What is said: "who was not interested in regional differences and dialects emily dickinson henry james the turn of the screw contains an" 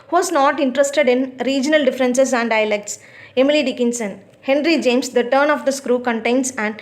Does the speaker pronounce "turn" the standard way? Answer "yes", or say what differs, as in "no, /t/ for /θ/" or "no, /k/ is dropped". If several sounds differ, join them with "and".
yes